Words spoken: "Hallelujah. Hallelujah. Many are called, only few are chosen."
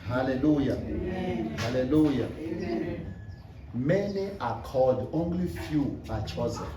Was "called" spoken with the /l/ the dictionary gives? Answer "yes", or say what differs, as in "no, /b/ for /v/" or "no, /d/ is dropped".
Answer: no, /l/ is dropped